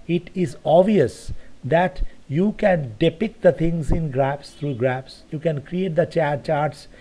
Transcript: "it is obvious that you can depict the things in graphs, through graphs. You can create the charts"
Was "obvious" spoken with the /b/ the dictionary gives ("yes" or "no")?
no